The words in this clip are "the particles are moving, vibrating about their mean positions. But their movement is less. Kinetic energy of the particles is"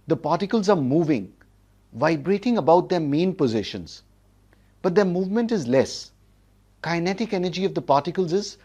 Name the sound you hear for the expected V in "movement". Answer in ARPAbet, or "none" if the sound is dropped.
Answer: V